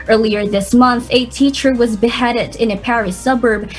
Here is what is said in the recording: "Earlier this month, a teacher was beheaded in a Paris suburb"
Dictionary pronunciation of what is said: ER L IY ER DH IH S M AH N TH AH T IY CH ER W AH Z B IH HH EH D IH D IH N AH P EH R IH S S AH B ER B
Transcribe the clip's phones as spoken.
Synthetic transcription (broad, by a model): ER L IY ER DH IH S M AH N TH AH T IY CH ER W AH Z B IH HH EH D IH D IH N AH P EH R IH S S AH B ER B